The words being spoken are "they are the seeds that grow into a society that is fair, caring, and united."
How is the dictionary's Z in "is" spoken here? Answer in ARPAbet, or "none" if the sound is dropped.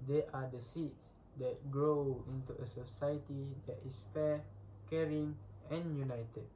S